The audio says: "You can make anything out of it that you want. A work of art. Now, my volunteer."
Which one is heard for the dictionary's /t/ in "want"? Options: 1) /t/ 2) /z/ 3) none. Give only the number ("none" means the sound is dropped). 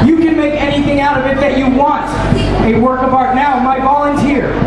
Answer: 1